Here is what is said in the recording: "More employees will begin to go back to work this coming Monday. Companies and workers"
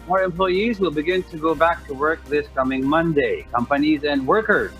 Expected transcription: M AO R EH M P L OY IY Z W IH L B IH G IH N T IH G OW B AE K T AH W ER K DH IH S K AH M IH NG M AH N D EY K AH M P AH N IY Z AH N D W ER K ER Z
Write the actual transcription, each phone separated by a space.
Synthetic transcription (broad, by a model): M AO R EH M P L OY IY Z W IH L B IH G IH N T IH G OW B AE K T AH W ER K DH IH S K AH M IH NG M AH N D EY K AH M P AH N IY Z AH N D W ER K ER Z